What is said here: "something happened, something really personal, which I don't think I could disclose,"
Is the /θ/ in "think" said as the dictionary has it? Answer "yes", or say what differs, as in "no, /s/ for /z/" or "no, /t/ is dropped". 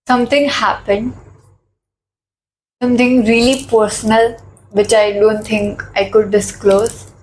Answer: no, /t/ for /θ/